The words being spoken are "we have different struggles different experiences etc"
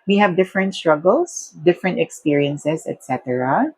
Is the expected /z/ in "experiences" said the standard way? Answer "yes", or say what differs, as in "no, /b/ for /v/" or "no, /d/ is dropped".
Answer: no, /s/ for /z/